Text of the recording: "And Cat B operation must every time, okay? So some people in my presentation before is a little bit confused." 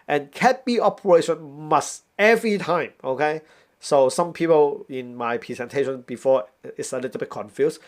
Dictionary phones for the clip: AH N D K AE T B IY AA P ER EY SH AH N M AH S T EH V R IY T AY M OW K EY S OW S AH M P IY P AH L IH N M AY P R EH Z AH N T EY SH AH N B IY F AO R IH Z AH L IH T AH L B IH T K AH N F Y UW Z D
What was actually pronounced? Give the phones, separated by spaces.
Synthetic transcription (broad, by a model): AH N K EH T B IY AA P ER EY SH AH N M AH S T EH V R IY T AY M OW K EY S OW S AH M P IY P AH L IH N M AY P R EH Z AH N T EY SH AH N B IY F AO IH S AH L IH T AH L B IH T K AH N F Y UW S